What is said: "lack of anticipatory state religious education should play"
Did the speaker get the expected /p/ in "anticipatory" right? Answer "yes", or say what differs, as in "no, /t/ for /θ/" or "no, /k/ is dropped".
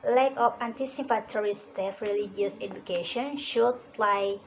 no, /f/ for /p/